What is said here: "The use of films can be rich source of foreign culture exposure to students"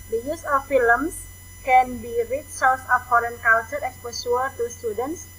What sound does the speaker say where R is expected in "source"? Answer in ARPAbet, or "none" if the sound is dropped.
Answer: L